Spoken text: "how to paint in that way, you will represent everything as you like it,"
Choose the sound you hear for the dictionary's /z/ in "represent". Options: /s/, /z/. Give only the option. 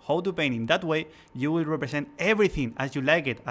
/s/